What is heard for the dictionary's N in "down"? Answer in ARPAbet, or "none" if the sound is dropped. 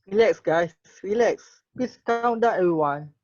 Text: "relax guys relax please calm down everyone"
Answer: none